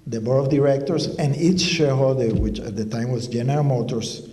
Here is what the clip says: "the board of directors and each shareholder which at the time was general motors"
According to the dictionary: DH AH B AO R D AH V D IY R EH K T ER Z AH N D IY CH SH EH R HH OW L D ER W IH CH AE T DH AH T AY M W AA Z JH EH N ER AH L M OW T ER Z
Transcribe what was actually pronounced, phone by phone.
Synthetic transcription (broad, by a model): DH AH B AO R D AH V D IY R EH K T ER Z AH N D IY CH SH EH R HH OW L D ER W IH CH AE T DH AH T AY M W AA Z JH EH N ER AH L M OW T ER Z